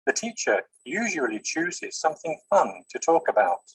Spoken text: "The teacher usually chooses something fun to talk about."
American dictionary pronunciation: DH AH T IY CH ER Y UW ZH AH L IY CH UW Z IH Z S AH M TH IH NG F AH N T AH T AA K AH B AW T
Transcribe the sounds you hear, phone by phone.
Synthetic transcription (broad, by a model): DH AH T IY CH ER Y UW ZH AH L IY CH UW Z IH Z S AH M TH IH NG F AH N T AH T AA K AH B AW T